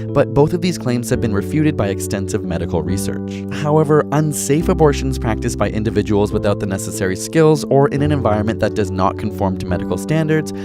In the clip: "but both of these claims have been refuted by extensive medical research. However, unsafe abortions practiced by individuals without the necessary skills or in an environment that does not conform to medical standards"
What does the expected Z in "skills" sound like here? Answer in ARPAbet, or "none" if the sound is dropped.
Z